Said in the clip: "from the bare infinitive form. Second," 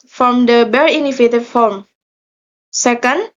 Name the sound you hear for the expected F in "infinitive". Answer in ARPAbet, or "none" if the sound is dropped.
none